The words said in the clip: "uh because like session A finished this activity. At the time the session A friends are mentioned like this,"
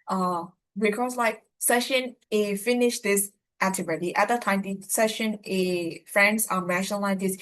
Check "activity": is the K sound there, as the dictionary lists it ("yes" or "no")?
no